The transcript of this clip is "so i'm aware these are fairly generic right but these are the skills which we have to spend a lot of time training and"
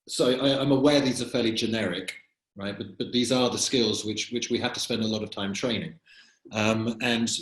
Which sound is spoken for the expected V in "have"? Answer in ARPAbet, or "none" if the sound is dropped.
F